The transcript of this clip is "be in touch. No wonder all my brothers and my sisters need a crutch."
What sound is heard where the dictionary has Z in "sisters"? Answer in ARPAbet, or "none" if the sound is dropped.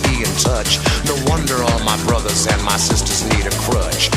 Z